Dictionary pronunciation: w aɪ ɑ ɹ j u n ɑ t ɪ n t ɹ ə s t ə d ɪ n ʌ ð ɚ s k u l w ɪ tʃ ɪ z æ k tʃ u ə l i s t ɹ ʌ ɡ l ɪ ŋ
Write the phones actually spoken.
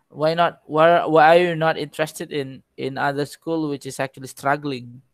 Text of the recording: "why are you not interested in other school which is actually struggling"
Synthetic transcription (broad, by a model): w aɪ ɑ w j u n ɑ t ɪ n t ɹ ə s t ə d ɪ n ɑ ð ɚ s k u l w ɪ tʃ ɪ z æ k tʃ u ə l i s t ɹ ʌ ɡ l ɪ ŋ